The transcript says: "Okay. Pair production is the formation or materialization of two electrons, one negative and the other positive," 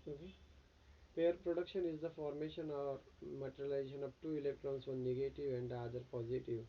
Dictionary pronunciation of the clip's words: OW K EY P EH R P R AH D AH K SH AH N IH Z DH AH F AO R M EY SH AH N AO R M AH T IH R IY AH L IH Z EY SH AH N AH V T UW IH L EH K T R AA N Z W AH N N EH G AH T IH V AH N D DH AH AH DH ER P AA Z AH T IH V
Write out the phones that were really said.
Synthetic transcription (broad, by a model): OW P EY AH R P R AH D AH K SH AH N IH Z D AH F AO R M EY SH AH N AO R M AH T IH R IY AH L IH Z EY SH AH N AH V T UW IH L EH K T R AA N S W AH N N EH G AH T IH V AH N D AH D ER P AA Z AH T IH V